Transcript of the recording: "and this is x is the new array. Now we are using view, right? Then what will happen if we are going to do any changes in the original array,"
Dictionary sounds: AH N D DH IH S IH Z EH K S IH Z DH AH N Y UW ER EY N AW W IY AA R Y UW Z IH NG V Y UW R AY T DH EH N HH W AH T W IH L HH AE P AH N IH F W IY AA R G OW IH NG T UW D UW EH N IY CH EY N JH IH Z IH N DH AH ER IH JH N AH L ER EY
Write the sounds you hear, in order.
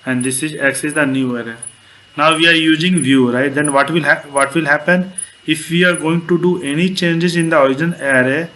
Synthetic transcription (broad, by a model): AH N D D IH S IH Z EH K S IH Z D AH N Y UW ER EY N AW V IY AA R Y UW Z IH NG V Y UW R AY T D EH N HH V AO T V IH L HH AE P AH N IH F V IY AA R G OW IH NG T UW D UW EH N IY CH EY N JH IH Z IH N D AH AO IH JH AH N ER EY